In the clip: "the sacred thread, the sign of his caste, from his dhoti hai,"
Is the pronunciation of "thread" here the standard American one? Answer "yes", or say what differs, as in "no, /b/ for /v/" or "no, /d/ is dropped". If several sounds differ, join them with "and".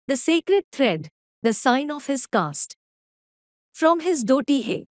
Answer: no, /t/ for /θ/